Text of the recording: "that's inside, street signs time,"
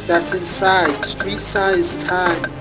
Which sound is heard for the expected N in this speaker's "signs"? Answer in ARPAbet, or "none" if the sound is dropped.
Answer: none